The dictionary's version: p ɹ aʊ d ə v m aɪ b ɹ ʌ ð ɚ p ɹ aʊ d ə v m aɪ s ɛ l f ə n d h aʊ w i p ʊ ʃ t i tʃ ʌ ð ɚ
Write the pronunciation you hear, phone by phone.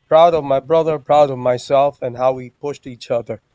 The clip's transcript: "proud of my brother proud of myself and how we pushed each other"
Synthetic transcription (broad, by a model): p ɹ aʊ d ə v m aɪ b ɹ ʌ ð ɚ p ɹ aʊ d ə v m aɪ s ɛ l f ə n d h aʊ w i p ʊ ʃ t i tʃ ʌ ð ɚ